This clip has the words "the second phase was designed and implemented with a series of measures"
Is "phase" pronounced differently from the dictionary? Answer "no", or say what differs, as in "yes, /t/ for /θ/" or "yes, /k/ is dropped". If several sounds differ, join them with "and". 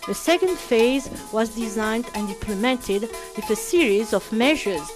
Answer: no